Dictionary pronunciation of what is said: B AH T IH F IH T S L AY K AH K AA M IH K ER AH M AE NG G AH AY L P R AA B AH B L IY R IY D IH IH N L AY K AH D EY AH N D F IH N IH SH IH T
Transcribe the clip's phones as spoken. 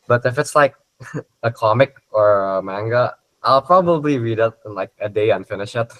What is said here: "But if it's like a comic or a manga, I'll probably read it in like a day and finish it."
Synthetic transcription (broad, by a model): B AH T IH F IH T S L AY K AH K AA M IH K ER AH M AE NG G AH AY L P R AA B AH B L IY R IY D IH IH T L AY K AH D EY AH N F IH N IH SH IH T